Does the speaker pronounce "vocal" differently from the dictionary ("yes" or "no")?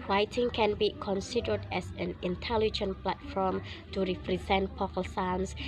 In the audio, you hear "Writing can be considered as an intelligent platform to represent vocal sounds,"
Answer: yes